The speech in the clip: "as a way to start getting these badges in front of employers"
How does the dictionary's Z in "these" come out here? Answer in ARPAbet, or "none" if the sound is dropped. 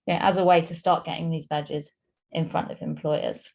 Z